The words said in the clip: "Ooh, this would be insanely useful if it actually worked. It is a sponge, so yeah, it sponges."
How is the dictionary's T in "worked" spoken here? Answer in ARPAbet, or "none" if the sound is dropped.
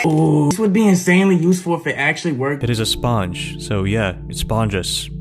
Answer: none